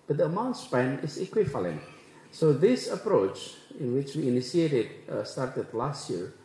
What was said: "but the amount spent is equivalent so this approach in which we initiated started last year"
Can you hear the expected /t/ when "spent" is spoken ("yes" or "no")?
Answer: no